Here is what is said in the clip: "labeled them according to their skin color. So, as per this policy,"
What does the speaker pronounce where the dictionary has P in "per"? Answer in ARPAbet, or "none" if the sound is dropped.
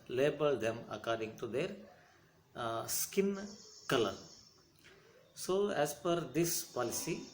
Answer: F